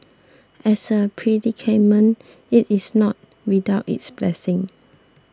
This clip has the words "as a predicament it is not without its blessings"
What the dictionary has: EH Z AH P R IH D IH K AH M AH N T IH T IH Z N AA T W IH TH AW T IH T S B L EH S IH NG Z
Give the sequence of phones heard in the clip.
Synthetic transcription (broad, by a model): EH S AH P R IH D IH K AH M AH N IH T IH S N AA T W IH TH AW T IH T S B L EH S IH NG